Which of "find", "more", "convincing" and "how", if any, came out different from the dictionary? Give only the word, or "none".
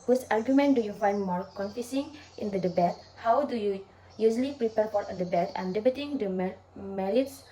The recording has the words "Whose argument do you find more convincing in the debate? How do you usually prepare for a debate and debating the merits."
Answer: convincing